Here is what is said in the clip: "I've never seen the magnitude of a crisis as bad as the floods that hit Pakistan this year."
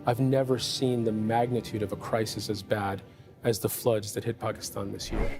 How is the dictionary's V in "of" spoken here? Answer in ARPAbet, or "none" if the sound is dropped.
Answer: V